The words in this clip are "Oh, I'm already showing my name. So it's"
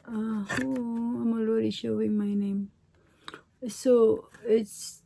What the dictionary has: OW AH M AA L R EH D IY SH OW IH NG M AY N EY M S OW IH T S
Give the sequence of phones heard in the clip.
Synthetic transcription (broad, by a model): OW AH M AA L AO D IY SH OW IH NG M AY N EY M S OW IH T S